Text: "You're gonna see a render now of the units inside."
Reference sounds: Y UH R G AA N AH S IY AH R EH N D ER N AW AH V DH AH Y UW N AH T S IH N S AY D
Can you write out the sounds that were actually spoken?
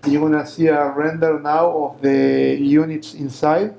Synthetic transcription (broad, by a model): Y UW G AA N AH S IY AH R EH N D ER N AW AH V DH AH Y UW N AH T S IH N S AY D